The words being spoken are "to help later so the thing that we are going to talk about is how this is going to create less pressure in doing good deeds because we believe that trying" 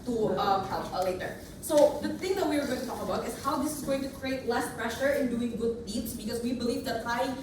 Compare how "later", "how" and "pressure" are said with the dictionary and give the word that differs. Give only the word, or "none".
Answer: none